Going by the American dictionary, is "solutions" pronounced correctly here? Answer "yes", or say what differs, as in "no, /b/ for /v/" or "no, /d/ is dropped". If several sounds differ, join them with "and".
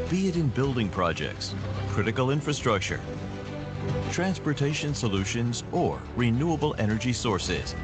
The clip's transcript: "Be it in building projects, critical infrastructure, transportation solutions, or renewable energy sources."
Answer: yes